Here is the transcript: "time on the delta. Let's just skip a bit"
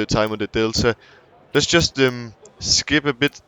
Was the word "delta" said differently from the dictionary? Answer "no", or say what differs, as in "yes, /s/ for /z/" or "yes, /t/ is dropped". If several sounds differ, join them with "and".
yes, /s/ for /t/